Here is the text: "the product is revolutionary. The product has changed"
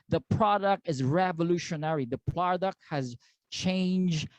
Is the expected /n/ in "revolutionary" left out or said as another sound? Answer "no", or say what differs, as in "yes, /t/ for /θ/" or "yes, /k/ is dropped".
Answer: no